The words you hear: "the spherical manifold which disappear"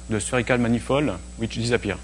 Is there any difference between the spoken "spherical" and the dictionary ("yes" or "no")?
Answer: yes